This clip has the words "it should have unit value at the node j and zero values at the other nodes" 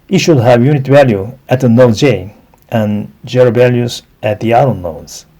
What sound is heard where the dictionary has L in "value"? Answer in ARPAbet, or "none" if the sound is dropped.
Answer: L